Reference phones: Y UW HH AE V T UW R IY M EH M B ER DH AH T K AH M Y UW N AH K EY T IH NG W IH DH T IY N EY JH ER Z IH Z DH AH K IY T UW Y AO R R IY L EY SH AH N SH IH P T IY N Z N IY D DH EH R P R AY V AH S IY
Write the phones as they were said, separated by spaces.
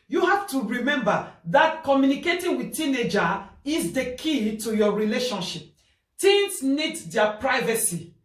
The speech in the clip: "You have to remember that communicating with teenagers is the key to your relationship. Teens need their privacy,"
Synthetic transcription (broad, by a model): Y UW HH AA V T UW R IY M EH M B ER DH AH T K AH M Y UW N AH K EY T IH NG W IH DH T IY N EY JH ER IH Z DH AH K IY T UW Y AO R R IY L EY SH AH N SH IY P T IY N S N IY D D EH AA P R AY V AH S IY